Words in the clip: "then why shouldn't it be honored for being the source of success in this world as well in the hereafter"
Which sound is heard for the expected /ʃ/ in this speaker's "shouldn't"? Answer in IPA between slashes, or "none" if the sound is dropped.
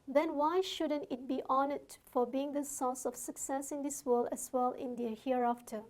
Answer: /ʃ/